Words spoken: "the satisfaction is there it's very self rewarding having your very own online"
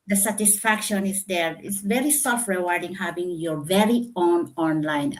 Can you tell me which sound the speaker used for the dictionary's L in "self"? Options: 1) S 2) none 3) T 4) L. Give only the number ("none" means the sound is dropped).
2